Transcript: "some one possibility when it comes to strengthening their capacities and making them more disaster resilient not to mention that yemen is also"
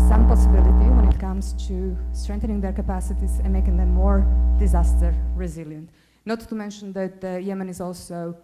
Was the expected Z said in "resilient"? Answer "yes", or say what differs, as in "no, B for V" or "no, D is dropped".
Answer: yes